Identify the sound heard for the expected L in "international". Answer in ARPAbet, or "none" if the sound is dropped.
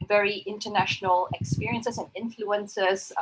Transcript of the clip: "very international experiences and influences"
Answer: L